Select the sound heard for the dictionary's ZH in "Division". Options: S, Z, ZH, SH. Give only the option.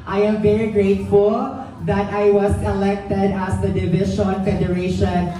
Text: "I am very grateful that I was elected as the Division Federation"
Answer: SH